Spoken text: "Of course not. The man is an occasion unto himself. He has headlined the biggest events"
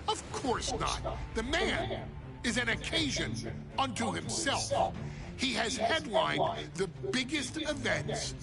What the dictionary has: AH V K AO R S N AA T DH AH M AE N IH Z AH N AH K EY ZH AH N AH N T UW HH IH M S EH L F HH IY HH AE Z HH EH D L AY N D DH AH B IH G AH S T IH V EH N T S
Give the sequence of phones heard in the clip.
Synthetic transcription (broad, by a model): AH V K AO R S N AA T DH AH M AE N IH Z AH N AH K EY ZH AH N AH N T UW HH IH M S EH L F HH IY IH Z HH EH D L AY N DH AH B IH G AH S T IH V EH N T S